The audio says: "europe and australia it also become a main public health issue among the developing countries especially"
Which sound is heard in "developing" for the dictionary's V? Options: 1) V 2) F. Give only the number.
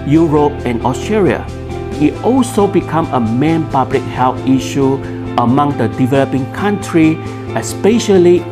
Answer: 1